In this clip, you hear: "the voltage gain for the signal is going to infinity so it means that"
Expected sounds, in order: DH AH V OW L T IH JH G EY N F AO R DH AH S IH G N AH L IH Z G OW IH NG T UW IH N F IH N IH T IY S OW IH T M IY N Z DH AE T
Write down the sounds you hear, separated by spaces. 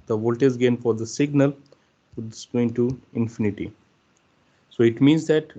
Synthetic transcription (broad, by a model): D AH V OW L T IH Z G EY N F AO R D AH S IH G N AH L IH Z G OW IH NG T UW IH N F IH N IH T IY S OW IH T M IY N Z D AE T